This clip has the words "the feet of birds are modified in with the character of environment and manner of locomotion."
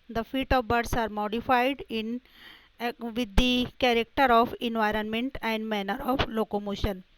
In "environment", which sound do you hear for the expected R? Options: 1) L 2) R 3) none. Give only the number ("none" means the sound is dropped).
2